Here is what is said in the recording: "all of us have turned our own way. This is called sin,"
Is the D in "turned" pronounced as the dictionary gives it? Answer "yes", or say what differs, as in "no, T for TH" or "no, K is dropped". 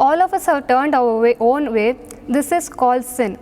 yes